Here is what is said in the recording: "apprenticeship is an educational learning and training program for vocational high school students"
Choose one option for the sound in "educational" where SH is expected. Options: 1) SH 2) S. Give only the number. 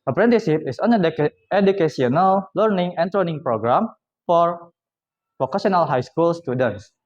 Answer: 2